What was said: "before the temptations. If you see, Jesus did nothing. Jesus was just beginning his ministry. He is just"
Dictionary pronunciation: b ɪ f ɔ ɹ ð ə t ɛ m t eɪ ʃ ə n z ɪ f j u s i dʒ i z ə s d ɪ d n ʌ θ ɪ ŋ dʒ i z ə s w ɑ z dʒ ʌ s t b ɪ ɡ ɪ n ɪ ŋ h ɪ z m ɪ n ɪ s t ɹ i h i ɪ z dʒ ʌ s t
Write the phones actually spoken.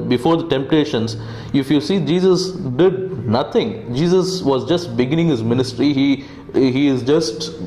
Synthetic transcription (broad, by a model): b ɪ f ɔ ɹ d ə t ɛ m t eɪ ʃ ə n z ɪ f j u s i dʒ i z ə s d ɪ d n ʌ t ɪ ŋ dʒ i z ə s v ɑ z dʒ ʌ s t b ɪ ɡ ɪ n ɪ ŋ h ɪ z m ɪ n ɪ s t ɹ i h i ɪ z dʒ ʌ s t